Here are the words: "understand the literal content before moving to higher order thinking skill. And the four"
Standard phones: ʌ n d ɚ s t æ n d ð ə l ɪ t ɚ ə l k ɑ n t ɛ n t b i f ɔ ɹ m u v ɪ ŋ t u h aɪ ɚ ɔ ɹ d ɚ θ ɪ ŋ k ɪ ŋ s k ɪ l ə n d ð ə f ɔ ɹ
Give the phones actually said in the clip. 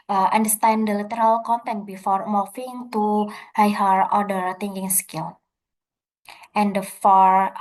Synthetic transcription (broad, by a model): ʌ n d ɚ s t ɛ n d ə l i t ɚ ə l k ɑ n t ɛ n t b i f ɔ ɹ m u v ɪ ŋ t u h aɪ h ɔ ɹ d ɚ t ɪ ŋ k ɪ ŋ s k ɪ l ə n d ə f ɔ ɹ